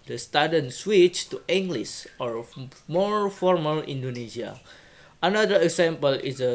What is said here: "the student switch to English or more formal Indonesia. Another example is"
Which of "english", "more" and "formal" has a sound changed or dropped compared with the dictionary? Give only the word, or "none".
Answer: english